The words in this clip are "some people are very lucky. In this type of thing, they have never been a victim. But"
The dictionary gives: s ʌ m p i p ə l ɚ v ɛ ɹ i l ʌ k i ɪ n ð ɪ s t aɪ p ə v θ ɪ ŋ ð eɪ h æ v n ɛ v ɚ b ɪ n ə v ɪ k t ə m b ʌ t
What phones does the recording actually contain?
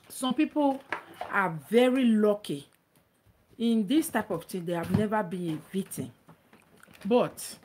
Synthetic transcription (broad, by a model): s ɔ m p i p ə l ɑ v ɛ ɹ i l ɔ k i ɪ n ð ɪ s t aɪ p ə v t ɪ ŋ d eɪ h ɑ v n ɛ v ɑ b ɪ n ə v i t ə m b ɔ t